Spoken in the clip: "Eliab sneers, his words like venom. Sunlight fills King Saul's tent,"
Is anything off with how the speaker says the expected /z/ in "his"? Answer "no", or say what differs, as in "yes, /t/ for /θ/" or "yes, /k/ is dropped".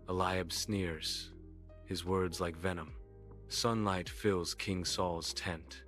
no